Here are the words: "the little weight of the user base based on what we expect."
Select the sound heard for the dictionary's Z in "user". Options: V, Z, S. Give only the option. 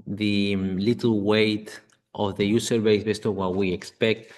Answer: S